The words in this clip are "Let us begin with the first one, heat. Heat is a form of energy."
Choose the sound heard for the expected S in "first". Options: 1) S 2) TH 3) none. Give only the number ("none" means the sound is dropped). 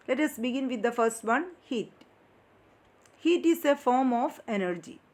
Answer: 1